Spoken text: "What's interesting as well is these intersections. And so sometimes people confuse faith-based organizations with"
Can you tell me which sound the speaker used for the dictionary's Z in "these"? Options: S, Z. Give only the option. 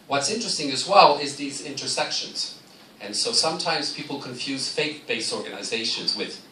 Z